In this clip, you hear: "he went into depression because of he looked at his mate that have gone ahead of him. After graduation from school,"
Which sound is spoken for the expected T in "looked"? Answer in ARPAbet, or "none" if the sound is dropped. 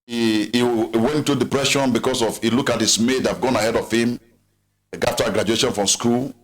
none